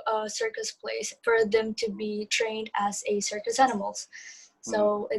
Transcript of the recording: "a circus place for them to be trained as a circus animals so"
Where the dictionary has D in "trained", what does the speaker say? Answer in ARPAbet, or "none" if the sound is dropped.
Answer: D